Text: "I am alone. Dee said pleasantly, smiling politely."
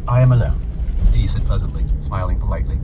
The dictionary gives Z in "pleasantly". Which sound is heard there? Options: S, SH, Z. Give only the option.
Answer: Z